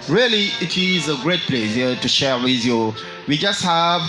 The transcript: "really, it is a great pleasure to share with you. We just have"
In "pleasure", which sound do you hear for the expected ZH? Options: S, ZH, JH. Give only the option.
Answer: S